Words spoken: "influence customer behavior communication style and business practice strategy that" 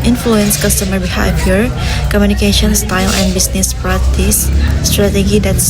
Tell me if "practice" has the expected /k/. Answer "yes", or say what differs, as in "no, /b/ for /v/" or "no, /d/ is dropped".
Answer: no, /k/ is dropped